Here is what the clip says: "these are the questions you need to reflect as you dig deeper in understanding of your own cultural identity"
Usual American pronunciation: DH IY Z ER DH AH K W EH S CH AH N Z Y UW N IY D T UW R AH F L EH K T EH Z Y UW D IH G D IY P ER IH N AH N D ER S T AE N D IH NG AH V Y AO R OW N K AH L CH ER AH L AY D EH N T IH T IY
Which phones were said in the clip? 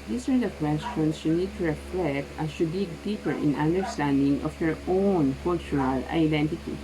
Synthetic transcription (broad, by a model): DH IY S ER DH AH K W EH S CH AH N S Y UW N IY D T UW R AH F L EH K T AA S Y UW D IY D IY P ER IH N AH N D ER S T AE N D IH NG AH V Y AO R OW N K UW L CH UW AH L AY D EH N T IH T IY